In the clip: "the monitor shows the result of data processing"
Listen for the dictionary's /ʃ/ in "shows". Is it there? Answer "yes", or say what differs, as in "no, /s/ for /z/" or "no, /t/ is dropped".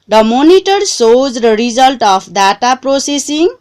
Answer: no, /s/ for /ʃ/